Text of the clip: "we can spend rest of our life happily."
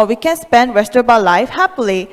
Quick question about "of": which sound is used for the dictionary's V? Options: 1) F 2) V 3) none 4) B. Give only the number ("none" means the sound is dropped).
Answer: 4